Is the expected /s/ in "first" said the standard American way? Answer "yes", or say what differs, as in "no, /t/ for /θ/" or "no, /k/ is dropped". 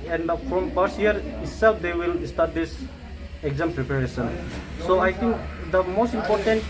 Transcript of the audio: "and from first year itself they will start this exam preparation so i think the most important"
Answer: no, /s/ is dropped